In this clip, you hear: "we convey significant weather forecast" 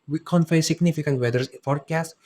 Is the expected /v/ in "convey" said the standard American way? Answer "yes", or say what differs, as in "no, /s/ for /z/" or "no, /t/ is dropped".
no, /f/ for /v/